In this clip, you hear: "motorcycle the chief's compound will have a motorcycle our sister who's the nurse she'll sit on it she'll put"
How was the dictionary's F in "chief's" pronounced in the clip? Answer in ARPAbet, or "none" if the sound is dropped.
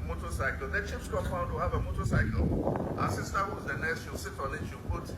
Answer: P